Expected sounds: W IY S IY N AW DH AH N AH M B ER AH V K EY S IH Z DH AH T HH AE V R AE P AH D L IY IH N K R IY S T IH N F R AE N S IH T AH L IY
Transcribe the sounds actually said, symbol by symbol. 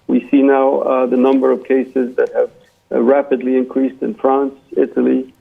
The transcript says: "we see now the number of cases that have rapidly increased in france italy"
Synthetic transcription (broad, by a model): W IY S IY N AW DH AH N AH M B ER AH V K EY S IH Z DH AH T HH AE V R AE P AH D L IY IH N K R IY S T IH N F R AE N S IH T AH L IY